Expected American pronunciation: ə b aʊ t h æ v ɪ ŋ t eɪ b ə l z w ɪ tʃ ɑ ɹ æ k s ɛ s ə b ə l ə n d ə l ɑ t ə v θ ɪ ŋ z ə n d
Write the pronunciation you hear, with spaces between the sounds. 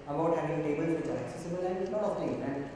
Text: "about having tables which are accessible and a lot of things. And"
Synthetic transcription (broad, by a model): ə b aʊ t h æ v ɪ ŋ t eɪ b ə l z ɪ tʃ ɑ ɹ æ k s ɛ s ə b ə l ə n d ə n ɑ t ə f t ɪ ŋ ə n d